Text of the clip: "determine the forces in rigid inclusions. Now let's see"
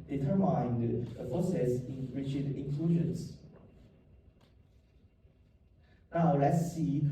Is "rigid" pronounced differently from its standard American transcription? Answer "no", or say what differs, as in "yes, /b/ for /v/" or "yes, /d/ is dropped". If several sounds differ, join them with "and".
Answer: yes, /tʃ/ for /dʒ/